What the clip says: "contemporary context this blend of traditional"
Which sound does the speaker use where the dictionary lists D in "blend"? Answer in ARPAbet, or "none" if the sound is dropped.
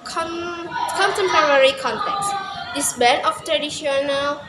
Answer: none